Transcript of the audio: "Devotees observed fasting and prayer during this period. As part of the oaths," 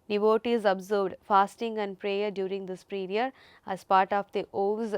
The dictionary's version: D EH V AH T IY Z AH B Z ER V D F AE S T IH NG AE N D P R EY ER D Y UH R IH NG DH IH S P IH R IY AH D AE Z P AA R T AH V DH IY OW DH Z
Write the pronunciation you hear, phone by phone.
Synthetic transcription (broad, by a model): D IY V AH T IY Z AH B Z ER D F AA S T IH NG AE N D P R EY ER D Y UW R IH NG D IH S P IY R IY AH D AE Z P AA R T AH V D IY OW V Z